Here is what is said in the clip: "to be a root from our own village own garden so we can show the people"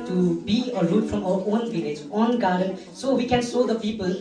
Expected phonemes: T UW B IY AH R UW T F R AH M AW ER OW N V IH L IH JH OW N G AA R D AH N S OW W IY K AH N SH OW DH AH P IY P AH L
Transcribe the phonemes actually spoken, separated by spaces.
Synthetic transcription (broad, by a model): T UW B IY AH R UW T F R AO M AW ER OW N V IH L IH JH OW N G AA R D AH N S OW W IY K AH N S OW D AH P IY P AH L